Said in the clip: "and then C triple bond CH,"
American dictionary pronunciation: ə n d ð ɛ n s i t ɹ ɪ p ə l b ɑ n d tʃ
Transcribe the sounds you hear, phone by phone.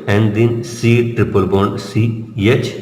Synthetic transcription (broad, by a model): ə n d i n s i t ɹ ɪ p ə l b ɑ n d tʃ